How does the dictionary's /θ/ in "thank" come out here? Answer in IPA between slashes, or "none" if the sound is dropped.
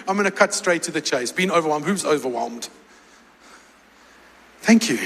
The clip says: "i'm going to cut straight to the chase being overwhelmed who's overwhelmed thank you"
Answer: /θ/